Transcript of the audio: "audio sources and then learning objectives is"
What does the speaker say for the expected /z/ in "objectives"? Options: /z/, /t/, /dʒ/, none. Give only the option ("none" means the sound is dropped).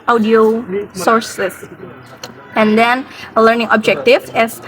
none